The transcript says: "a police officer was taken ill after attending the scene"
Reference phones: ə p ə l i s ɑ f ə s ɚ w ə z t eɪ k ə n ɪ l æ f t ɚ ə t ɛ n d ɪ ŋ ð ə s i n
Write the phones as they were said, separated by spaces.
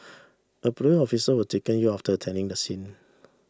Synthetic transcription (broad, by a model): ə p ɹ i ɑ f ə s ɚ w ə t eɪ k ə n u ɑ f t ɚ ə t ɛ n d ɪ ŋ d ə s i n